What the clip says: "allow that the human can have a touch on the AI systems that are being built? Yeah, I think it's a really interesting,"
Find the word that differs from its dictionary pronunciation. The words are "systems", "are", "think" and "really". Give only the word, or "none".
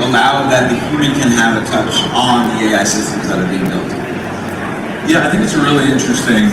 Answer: none